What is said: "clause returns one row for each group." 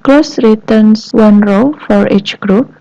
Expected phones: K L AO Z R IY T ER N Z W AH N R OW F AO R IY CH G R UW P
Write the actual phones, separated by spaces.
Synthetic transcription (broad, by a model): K L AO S R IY T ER N S W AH N R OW F AO R IY CH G R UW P